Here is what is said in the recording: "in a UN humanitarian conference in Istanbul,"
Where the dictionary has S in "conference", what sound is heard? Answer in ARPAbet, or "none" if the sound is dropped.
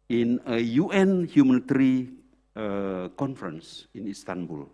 S